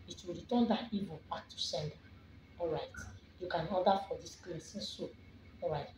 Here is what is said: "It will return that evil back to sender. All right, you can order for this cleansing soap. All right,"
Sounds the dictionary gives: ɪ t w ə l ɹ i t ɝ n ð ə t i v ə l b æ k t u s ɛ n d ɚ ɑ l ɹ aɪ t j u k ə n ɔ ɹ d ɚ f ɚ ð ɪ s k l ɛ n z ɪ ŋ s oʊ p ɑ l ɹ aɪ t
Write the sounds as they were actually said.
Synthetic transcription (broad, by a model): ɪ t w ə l ɹ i t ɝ n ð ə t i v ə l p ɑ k t u s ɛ n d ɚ ɑ l ɹ aɪ t j u k ə n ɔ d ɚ f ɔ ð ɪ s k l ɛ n s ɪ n s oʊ ɑ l ɹ aɪ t